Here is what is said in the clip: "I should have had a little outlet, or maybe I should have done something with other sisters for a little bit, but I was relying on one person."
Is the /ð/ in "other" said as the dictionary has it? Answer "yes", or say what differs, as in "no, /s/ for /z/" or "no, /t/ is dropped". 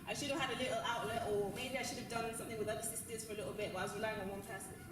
no, /ð/ is dropped